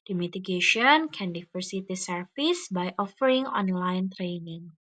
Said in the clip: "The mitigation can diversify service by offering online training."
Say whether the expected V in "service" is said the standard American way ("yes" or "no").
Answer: no